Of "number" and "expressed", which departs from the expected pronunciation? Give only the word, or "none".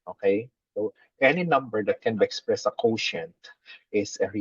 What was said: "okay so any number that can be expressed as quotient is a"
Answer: expressed